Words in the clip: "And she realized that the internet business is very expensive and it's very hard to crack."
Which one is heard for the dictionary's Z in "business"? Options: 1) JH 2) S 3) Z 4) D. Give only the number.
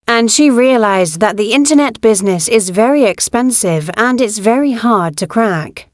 3